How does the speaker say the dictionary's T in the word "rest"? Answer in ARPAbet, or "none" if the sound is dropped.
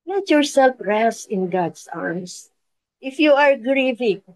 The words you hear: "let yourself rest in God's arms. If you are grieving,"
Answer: none